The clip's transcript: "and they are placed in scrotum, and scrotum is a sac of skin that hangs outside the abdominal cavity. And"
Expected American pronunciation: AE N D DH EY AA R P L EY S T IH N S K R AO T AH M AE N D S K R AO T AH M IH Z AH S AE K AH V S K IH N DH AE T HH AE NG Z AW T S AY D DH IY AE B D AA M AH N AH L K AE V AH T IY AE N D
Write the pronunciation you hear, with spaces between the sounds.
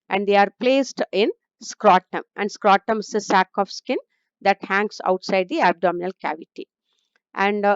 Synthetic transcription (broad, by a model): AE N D EY AA R P L EY S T IH N S K R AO T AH M AE N D S K R AO T AH M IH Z AH S AE K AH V S K IH N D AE T HH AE NG S AW T S AY D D IY AE B D AA M AH N AH L K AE V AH T IY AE N D